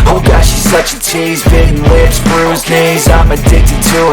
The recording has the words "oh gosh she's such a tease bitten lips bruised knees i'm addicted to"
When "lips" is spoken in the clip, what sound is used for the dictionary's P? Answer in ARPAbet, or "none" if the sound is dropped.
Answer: none